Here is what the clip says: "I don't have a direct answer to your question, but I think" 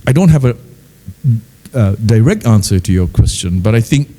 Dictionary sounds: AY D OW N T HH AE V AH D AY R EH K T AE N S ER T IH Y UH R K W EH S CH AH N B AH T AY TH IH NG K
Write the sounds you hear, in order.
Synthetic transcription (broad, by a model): AY D OW N T HH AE V AH D AY R EH K T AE N S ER T IH Y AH R K W EH S CH AH N B AH T AY TH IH NG K